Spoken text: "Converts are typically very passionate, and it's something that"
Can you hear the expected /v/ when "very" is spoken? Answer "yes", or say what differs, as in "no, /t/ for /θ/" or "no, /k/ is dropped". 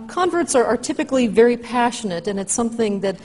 yes